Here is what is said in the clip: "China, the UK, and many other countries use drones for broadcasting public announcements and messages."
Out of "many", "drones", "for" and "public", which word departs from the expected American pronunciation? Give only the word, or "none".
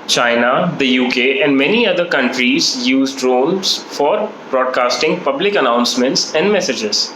drones